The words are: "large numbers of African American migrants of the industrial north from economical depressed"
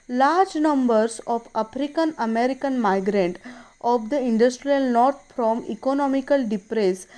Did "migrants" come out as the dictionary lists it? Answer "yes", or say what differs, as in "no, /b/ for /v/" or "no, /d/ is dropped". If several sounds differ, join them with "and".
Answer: no, /s/ is dropped